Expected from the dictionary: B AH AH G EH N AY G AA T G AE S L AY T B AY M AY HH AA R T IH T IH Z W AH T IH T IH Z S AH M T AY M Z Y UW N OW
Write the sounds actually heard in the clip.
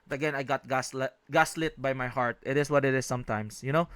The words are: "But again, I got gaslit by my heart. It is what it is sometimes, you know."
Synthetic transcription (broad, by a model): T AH AH G EH N AY G AA T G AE S L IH T B AY M AY HH AA R T IH T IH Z W AH T IH T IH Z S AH M T AY M S Y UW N OW